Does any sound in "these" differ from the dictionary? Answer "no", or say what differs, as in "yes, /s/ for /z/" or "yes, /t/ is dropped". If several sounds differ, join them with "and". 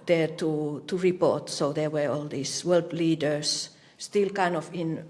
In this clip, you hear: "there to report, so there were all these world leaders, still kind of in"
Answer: yes, /s/ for /z/